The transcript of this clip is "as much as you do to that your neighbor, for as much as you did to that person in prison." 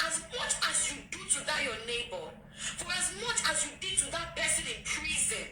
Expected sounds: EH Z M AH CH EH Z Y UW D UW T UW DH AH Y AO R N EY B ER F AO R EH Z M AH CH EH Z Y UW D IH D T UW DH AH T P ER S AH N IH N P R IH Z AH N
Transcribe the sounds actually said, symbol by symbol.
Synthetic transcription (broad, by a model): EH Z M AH CH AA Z Y UW D UW T UW DH AH Y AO N EY B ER F AO R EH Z M AH CH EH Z Y UW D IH T UW DH AH T B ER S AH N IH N P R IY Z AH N